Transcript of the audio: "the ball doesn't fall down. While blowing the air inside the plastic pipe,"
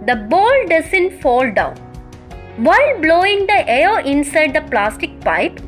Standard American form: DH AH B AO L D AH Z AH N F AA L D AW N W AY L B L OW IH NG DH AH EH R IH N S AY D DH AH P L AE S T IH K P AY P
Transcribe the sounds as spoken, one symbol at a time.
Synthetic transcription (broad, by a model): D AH B AO L D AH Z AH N F AA L D AW N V AY L B L OW IH NG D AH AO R IH N S AY D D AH P L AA S T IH K P AY P